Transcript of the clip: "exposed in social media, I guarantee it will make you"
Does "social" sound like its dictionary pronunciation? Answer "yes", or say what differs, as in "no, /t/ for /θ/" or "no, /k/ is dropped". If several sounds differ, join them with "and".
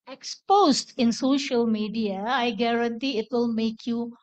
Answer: yes